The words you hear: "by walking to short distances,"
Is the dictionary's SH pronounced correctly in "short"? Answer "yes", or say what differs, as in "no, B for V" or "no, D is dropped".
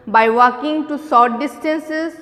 no, S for SH